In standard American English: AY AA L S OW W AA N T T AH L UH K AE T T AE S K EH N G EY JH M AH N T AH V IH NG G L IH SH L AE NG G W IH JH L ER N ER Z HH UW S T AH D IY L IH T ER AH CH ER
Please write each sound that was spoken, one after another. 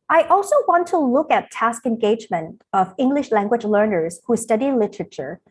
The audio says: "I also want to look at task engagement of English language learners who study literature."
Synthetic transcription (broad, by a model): AY AA L S OW W AA N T T AH L UH K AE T T AE S K EH N G EY JH M AH N T AH V IH NG G L IH SH L AE NG G W IH JH L ER N ER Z HH UW S T AH D IY L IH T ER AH CH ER